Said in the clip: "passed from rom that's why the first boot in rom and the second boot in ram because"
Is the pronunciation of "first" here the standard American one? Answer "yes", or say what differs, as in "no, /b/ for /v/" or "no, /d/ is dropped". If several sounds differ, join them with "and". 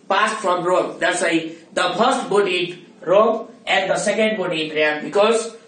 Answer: no, /p/ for /f/